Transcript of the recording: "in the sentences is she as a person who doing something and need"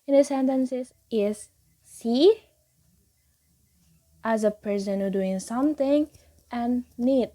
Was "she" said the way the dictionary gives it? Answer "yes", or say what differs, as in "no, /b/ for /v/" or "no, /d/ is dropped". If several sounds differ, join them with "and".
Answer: no, /s/ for /ʃ/